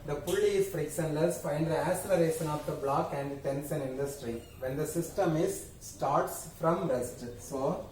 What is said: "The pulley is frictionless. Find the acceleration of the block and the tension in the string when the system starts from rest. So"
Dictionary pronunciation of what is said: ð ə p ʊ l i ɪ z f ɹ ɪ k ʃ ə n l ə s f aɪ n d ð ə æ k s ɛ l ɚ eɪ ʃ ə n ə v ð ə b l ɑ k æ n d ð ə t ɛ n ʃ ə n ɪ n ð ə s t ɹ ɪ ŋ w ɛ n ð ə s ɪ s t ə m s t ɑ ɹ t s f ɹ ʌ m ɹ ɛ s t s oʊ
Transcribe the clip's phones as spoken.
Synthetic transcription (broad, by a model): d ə p ʊ l i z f ɹ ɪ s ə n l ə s f aɪ n d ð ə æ s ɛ l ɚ eɪ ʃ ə n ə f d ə b l ɑ k æ n d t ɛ n s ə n ɪ n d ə s t ɹ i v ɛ n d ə s ɪ s t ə m s t ɑ ɹ t s f ɹ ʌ m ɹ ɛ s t s oʊ